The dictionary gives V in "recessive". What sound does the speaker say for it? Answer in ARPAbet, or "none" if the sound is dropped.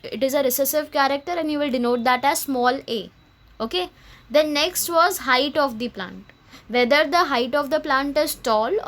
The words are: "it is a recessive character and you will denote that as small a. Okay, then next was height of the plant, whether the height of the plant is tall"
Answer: V